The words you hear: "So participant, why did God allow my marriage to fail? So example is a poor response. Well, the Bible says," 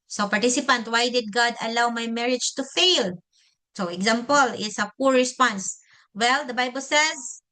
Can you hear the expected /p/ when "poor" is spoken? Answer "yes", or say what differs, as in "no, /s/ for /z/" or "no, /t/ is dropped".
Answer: yes